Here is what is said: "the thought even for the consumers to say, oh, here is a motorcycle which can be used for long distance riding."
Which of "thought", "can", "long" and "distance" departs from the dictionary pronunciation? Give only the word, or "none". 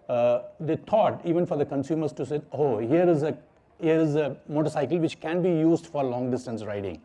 thought